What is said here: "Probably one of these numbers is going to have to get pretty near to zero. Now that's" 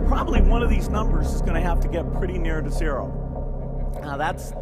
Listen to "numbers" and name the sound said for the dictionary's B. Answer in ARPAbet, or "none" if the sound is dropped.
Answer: B